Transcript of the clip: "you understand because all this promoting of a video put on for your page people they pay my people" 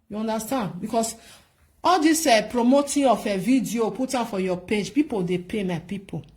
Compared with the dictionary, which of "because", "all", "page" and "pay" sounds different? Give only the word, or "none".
because